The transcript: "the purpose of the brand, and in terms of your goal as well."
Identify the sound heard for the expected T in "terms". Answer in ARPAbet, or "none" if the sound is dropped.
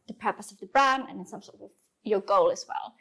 S